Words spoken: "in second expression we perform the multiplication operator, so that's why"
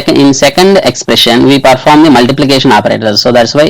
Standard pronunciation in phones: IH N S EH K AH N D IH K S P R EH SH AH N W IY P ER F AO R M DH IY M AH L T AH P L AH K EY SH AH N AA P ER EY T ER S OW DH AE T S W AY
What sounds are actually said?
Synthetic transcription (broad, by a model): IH N S EH K AH N D IH K S P R EH SH AH N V IY P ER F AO R M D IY M AH L T AH P L AH K EY SH AH N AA P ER EY T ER S OW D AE T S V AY